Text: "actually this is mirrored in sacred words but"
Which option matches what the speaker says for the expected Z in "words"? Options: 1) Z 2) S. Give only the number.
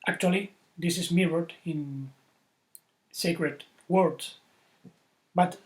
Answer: 2